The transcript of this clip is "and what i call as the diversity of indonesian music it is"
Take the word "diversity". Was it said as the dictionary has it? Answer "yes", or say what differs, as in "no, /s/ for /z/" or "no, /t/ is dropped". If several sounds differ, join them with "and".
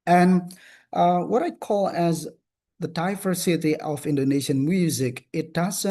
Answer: no, /f/ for /v/